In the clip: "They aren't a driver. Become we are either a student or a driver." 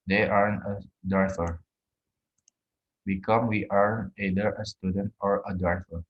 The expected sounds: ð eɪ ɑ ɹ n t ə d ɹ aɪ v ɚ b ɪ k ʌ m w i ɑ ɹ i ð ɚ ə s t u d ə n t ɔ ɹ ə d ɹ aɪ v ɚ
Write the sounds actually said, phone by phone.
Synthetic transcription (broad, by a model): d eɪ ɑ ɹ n ə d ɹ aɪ f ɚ b ɪ k ʌ m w i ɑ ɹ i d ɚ ə s t u d ə n t ɔ ɹ ə d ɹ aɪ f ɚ